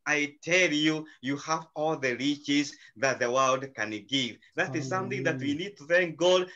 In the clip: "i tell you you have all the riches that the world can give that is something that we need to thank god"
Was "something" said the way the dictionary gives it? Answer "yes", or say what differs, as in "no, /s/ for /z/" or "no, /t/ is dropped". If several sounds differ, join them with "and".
yes